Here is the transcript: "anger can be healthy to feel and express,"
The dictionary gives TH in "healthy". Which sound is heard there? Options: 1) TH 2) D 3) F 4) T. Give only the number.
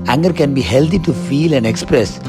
4